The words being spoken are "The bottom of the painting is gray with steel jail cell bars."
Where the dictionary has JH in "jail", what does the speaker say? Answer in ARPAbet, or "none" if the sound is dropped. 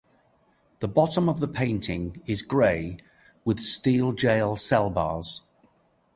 JH